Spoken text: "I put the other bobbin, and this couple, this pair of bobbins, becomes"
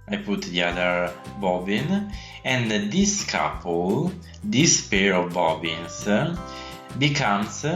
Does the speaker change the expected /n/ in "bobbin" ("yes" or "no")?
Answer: no